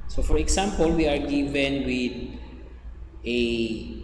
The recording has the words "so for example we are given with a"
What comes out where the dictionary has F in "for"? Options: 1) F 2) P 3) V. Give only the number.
1